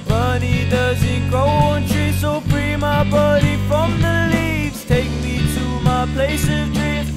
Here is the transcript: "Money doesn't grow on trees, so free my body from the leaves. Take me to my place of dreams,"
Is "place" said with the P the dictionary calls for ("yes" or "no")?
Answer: yes